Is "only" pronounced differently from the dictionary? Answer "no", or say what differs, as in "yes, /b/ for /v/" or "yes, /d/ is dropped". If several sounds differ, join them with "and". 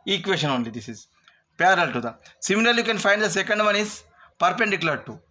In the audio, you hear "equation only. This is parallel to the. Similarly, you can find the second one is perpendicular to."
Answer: no